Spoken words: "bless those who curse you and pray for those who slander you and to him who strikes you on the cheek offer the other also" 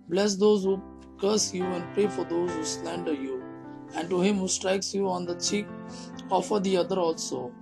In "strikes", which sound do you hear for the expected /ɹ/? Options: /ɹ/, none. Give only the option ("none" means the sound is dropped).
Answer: /ɹ/